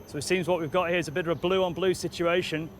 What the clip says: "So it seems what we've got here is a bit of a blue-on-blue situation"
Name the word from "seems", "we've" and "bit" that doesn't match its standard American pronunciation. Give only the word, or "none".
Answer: none